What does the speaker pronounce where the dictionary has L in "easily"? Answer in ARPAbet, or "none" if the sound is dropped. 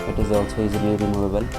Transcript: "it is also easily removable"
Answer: none